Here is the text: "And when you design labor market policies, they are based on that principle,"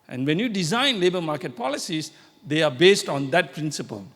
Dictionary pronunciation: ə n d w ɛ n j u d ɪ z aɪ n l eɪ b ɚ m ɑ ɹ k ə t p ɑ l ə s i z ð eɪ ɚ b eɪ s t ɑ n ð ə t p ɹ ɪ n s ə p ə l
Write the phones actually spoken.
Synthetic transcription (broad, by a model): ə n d w ɛ n j u d ɪ z aɪ n l eɪ b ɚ m ɑ k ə t p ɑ l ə s i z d eɪ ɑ b eɪ s t ɑ n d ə t p ɹ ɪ n s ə p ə l